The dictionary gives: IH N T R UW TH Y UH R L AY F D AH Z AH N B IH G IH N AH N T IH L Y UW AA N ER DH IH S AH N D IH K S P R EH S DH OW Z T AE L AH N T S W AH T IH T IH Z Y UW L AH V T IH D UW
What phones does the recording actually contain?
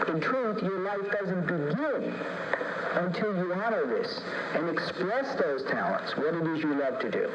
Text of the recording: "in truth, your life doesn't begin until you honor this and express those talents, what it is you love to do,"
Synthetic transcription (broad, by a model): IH N T R UW TH Y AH R L AY F D AH Z AH N B IH G IH N AH N T IH L Y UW AA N ER DH IH S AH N IH K S P R EH S DH OW Z T AE L AH N T S W AH T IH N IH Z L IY L AH V T IH D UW